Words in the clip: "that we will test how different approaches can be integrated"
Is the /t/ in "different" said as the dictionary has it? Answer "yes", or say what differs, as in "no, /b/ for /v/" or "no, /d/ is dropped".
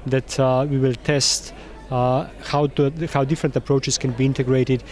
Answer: yes